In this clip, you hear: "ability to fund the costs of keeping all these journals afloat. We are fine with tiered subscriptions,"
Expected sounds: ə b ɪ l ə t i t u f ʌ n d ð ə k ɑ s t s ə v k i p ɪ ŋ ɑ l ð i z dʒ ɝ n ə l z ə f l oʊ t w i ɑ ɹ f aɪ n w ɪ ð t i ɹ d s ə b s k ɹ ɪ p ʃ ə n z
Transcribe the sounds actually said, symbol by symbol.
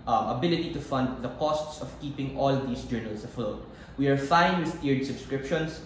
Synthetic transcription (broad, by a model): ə b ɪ l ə t i t u f ʌ n d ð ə k ɑ s t s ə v k i p ɪ ŋ ɑ l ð i s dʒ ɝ n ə l s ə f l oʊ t w i ɑ ɹ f aɪ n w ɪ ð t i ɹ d s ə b s k ɹ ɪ p ʃ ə n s